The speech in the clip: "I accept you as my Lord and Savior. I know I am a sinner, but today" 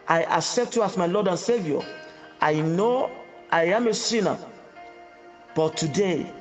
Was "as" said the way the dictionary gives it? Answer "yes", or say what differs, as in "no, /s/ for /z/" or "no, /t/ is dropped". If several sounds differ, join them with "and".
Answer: no, /s/ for /z/